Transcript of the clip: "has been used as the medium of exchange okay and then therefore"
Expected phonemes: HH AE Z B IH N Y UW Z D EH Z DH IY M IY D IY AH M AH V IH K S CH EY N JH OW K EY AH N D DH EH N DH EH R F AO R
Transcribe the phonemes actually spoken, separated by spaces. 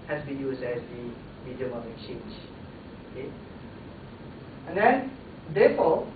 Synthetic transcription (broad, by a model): HH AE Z B IH N Y UW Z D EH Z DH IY M IY D IY AH M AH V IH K CH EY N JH OW K EY AH N D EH N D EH F AO